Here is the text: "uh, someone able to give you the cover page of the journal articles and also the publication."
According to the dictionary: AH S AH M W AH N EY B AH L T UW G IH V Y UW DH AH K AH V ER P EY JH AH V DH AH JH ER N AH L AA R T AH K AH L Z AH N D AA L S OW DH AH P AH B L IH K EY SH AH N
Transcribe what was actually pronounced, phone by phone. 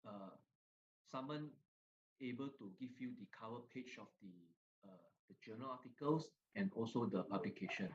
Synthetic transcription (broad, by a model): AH S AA M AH N EY B AH L T UW G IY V Y UW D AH K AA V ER P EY CH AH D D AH JH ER N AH L AA T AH K AH L S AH N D AA L S OW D AH P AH B L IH K EY SH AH N